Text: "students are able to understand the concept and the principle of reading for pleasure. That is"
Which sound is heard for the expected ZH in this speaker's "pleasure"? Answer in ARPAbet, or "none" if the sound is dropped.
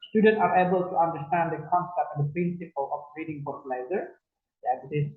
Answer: Z